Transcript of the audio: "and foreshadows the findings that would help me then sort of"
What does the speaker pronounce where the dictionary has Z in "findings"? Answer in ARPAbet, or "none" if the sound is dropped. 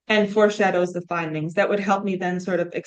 Z